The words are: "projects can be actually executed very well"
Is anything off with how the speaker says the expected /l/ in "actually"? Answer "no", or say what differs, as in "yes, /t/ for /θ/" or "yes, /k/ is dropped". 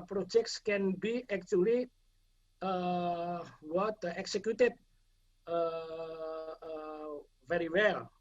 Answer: yes, /w/ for /l/